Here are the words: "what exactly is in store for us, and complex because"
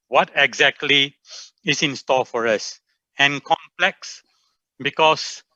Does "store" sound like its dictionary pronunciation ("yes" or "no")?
no